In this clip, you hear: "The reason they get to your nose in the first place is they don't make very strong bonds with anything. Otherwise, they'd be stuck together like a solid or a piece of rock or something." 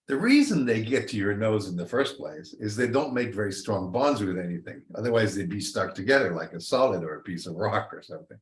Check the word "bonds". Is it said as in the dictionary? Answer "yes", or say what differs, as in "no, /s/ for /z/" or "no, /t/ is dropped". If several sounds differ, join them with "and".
yes